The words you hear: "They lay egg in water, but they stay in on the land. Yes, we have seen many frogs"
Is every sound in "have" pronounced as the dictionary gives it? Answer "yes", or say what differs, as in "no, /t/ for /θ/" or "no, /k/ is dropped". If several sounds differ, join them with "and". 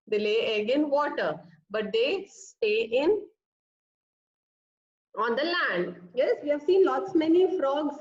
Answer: yes